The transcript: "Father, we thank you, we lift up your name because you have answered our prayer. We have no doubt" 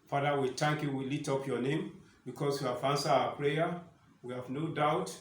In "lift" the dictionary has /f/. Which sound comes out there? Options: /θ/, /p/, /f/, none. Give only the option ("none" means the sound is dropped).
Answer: none